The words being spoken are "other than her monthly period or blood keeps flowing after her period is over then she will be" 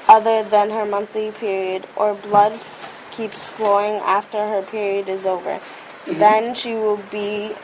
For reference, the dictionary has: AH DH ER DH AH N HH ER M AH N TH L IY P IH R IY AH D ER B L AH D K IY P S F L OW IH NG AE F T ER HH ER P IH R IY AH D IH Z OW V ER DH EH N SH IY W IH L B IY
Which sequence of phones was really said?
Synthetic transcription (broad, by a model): AH DH ER DH AH N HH ER M AH N TH L IY P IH R IY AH D ER B L AH D K IY P S F L OW IH NG AE F T ER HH ER P IH R IY AH D IH Z OW V ER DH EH N SH IY W IH L B IY